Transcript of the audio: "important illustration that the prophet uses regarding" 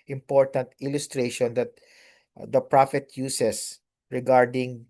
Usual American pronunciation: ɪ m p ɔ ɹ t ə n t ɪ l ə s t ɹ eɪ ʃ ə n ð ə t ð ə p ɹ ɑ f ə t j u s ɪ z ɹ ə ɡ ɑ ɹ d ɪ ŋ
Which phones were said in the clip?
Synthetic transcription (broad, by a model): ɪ m p ɔ ɹ t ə n t ɪ l ə s t ɹ eɪ ʃ ə n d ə t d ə p ɹ ɑ f ə t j u s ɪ s ɹ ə ɡ ɑ ɹ d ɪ ŋ